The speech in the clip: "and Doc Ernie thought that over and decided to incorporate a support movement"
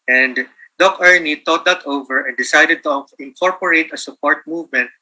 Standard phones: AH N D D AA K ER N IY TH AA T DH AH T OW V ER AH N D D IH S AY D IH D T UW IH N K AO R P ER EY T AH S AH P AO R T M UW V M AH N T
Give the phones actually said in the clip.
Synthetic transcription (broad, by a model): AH N D D AA K ER N IY T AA T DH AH T OW V ER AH N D D IH S AY D IH D T UW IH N K AO R P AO EY T AH S AH P AO R T M UW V M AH N T